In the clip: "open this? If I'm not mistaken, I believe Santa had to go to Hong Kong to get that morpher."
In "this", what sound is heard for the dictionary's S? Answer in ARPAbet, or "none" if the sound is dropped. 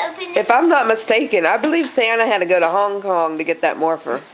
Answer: none